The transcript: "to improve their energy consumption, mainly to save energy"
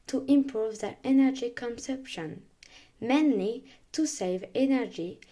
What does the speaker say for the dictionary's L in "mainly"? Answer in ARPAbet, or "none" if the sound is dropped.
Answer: L